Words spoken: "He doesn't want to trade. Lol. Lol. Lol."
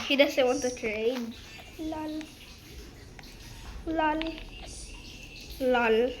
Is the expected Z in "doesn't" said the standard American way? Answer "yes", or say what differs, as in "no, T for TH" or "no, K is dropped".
no, S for Z